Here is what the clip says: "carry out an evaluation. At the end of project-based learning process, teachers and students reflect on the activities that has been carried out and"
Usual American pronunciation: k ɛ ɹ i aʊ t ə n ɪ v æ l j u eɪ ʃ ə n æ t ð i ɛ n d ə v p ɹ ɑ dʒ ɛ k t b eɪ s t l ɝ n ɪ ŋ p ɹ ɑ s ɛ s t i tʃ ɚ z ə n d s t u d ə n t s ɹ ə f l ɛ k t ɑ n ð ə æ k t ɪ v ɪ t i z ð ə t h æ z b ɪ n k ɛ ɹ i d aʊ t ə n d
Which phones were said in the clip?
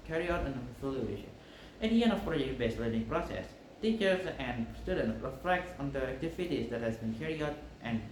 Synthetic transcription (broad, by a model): k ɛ ɹ i aʊ t ə n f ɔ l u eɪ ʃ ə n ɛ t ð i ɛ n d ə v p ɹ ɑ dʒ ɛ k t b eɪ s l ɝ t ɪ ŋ p ɹ ɑ s ɛ s t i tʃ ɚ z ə n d s t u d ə n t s ɹ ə f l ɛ k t ɑ n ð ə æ k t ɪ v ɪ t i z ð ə t h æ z b ɪ n k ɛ ɹ i aʊ t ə n